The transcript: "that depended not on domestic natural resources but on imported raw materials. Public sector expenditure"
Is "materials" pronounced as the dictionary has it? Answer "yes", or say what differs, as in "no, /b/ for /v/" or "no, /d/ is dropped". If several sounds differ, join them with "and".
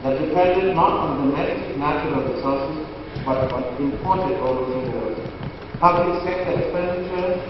no, /l/ is dropped